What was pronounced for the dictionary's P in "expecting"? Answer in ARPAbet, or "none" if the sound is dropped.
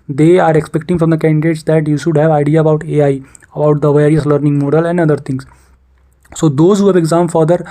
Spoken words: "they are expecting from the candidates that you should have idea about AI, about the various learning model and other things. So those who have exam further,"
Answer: P